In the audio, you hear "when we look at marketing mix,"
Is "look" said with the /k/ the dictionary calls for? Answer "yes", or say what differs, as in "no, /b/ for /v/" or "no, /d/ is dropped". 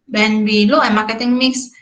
no, /k/ is dropped